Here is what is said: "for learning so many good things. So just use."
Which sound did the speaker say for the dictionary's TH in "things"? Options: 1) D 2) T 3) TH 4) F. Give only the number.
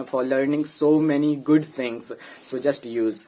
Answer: 2